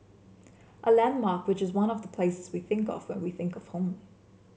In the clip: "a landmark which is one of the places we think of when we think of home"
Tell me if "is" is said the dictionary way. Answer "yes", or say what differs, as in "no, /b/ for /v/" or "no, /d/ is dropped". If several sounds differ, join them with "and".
yes